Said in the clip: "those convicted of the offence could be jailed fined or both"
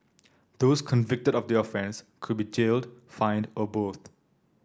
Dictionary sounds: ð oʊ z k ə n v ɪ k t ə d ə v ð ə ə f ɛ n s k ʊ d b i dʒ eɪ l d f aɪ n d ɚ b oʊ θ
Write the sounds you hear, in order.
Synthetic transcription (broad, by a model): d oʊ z k ə n v ɪ k t ə d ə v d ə ə f ɛ n s k ʊ d b i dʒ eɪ l d f aɪ n d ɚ b oʊ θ